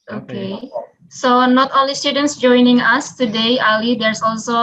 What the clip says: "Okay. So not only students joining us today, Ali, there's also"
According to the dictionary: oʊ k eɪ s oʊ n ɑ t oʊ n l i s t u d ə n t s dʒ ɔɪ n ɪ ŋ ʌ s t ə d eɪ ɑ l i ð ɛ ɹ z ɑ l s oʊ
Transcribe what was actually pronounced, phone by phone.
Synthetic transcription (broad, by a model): oʊ k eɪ s oʊ n ɑ t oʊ l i s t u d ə n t s dʒ ɔɪ n ɪ ŋ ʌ s t ə d eɪ ɑ l i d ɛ ɹ s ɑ l s oʊ